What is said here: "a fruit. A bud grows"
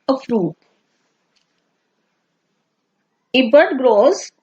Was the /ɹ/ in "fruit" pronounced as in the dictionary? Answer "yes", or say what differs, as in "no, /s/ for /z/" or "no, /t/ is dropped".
yes